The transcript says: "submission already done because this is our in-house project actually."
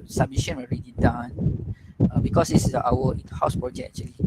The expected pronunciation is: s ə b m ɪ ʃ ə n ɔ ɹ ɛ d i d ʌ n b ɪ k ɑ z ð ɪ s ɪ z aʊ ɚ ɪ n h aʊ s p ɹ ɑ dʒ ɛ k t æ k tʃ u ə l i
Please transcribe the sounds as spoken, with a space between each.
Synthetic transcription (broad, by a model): s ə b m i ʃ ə n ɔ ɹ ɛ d i d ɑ n b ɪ k ɑ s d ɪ s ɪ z aʊ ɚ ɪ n h aʊ s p ɹ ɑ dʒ ɛ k ɛ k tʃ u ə l i